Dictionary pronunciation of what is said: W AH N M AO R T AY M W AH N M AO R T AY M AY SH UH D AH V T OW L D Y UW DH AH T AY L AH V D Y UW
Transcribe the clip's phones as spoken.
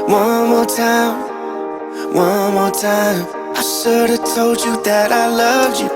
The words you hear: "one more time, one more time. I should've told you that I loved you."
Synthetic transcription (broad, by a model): W AH N M AO R T AY M W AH N M AO R T AY M AY S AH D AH T OW L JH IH DH AH T AY L AH V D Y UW